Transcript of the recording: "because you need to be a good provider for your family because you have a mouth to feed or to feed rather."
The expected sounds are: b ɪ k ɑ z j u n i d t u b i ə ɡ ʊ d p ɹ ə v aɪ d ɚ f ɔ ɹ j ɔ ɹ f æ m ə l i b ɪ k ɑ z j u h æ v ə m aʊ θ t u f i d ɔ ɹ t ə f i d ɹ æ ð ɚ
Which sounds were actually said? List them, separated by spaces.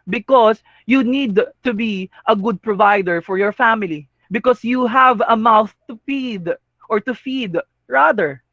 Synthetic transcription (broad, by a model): b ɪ k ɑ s j u n i d t u b i ə ɡ ʊ d p ɹ ə v aɪ d ɚ f ɔ ɹ j ɔ ɹ f æ m ə l i b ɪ k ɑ s j u h æ v ə m aʊ θ t u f i d ɔ ɹ t ə f i d ɹ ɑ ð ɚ